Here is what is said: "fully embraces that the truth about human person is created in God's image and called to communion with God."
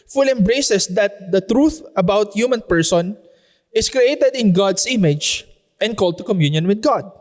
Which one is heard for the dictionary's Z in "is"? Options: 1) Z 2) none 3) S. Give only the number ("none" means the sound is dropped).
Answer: 3